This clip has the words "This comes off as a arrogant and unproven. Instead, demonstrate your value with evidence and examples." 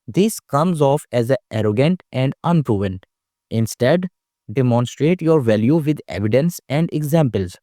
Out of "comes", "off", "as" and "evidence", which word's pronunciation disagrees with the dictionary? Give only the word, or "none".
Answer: none